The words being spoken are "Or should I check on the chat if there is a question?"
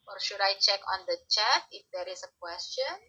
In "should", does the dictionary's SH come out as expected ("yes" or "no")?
yes